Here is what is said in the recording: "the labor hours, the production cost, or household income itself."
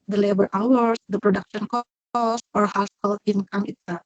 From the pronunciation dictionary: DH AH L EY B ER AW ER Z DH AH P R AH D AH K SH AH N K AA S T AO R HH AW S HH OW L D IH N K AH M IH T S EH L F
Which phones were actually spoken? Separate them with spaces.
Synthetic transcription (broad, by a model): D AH L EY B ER AW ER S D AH P R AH D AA K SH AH N K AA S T AO R HH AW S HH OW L IH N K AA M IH T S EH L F